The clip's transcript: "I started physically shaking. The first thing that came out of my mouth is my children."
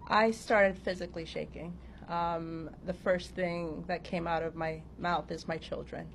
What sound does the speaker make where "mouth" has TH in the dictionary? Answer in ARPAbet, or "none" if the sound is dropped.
TH